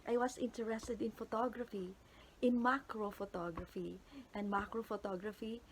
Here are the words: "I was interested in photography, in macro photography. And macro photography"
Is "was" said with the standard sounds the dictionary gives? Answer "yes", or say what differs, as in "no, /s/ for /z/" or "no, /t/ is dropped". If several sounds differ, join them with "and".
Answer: no, /s/ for /z/